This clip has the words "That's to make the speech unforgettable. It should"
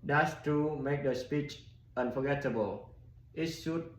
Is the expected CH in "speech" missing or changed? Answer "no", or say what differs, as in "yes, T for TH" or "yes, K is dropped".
no